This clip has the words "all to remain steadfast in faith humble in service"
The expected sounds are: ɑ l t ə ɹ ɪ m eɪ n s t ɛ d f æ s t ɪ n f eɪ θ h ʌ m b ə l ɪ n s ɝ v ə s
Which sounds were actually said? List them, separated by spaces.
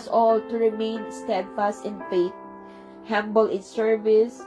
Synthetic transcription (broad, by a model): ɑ l t ə ɹ ɪ m eɪ n s t ɛ d f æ s t ɪ n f eɪ t h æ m b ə l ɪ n s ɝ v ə s